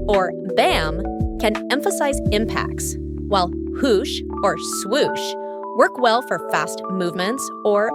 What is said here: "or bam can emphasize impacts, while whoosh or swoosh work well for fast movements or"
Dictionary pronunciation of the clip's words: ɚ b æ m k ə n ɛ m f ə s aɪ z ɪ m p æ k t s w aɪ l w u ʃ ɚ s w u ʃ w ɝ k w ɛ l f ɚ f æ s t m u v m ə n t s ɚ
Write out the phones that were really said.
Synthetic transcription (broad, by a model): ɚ b æ m k ə n ɛ m f ə s aɪ z ɪ m p æ k t s w aɪ l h u ʃ ɚ s w u ʃ w ɝ k w ɛ l f ɚ f æ s t m u v m ə n t s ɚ